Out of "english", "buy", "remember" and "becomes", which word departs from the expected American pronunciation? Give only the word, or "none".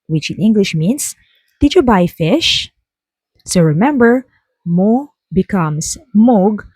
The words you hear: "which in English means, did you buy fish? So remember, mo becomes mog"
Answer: becomes